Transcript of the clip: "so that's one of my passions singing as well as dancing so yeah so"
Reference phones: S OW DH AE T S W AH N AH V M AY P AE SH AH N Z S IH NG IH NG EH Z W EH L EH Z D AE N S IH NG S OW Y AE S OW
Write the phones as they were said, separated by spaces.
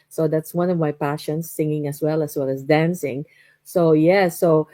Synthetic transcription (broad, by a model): S OW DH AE T S W AH N AH V M AY P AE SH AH N S IH NG IH NG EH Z W EH L EH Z D AE N S IH NG S OW Y AE S OW